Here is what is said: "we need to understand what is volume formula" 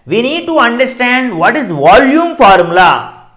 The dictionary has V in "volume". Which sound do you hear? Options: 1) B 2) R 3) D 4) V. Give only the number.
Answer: 4